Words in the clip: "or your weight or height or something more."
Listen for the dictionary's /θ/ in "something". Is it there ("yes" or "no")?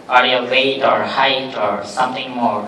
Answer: no